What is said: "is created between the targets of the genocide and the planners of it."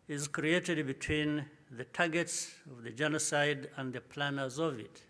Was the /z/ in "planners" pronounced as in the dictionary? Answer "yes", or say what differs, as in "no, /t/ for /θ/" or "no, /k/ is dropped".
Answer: yes